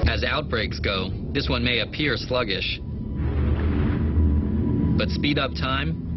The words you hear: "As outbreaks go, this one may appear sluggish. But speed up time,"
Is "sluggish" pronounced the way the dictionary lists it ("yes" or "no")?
yes